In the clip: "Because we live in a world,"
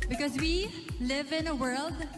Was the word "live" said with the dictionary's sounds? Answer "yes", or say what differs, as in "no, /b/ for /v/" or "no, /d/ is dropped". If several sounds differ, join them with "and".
yes